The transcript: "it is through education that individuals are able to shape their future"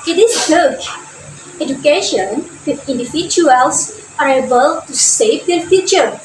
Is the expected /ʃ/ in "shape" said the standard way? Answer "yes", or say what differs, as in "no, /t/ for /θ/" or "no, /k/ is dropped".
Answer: no, /s/ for /ʃ/